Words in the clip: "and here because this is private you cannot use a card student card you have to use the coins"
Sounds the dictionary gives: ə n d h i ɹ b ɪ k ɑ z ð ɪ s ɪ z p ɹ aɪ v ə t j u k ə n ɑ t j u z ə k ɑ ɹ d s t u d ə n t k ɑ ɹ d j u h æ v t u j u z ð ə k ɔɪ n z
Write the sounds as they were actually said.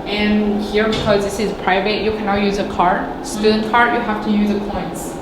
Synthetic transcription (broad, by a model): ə n h i ɹ b ɪ k ɑ z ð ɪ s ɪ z p ɹ aɪ v ə t j u k ə n ɑ t j u z ə k ɑ ɹ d s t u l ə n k ɑ ɹ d j u h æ f t u j u z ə k ɔɪ n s